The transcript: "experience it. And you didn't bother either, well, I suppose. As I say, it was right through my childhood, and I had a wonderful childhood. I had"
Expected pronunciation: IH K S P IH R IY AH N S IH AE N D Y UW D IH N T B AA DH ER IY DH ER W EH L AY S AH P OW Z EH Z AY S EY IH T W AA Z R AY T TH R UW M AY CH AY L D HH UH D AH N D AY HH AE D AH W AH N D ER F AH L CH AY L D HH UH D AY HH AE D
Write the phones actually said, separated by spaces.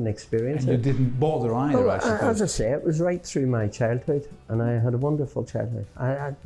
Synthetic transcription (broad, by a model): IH K S P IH R IY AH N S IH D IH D N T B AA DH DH ER AY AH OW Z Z AY S EY IH T W AA Z R AY T TH R UW M AY CH AY L D HH UH D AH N AY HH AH D AH W AH N D ER F AH L CH AY L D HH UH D AY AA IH